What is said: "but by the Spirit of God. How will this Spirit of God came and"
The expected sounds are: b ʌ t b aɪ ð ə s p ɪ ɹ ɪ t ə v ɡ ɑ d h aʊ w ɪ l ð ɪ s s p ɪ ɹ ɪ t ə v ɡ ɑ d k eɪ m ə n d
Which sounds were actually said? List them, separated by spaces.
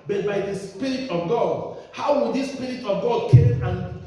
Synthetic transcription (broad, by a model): b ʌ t b aɪ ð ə s p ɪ ɹ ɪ t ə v ɡ ɑ d h aʊ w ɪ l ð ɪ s s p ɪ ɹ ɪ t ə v ɡ ɑ d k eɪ ə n